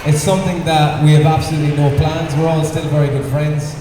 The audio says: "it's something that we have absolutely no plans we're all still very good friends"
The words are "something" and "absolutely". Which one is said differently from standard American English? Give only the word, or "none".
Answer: none